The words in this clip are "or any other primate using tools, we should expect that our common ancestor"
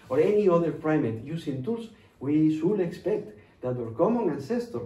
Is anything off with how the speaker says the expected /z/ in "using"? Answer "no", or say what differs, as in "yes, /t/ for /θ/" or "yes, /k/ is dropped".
yes, /s/ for /z/